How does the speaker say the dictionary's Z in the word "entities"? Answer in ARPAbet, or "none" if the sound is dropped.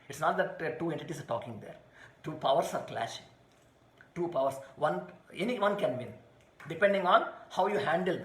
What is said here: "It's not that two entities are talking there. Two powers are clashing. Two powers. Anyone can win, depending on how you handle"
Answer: S